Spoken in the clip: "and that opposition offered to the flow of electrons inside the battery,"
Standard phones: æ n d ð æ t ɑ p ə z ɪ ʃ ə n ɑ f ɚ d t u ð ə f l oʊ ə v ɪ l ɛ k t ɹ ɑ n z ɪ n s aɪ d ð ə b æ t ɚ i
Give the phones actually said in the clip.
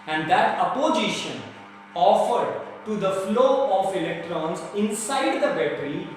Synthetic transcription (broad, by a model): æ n d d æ t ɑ p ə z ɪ ʃ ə n ɑ f ɚ d t u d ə f l oʊ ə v ɪ l ɛ k t ɹ ɑ n z ɪ n s aɪ d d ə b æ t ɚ i